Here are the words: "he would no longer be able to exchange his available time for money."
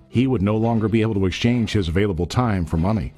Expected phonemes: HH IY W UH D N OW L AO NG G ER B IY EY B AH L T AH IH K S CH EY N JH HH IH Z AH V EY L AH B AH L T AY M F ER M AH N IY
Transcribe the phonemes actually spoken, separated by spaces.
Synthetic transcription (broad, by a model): HH IY W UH D N OW L AO NG G ER B IY EY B L T AH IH K S CH EY N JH HH IH Z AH V EY L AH B L T AY M F ER M AH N IY